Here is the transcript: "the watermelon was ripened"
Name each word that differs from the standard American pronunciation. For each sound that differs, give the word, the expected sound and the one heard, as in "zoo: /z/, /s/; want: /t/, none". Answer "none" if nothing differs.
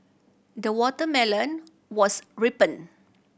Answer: was: /z/, /s/; ripened: /d/, none